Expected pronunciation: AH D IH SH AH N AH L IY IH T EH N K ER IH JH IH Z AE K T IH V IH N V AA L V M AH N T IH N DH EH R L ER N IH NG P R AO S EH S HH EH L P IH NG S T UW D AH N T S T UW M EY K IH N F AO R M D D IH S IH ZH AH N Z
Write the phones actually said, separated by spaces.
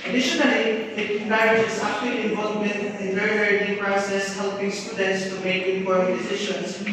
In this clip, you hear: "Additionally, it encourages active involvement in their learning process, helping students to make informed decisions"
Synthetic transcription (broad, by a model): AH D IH SH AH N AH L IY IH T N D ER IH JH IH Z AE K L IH IH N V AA L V M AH N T IH N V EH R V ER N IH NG P R AO S EH S HH EH L P IH NG S T UW D AH N T S T UW M EY K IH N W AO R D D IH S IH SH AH N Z